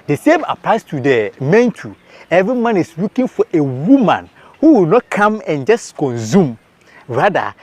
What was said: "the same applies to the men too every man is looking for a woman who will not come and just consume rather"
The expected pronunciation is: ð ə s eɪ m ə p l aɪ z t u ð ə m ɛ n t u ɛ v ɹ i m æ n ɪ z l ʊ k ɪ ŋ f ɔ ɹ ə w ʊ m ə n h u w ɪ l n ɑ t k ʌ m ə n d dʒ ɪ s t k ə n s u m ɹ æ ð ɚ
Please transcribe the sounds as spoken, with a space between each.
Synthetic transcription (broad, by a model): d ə s eɪ m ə p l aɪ s t u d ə m ɛ n t u ɛ v ɹ i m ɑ n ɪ s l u k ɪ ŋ f ɔ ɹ ə w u m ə n h u w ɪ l n ɑ t k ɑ m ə n dʒ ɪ s k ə n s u m ɹ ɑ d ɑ